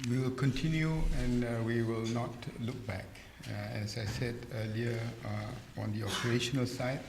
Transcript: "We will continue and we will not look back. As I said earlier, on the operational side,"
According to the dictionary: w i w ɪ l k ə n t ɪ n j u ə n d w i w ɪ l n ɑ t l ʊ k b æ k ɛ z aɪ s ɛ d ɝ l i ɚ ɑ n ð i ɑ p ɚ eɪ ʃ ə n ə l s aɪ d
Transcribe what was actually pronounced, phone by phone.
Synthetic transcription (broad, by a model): w i w ɪ l k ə n t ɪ n j u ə n w i w ɪ l n ɑ t l ʊ k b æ k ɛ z aɪ s ɛ d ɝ l i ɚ ɑ n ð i ɑ p ɚ eɪ ʃ ə n ə l s aɪ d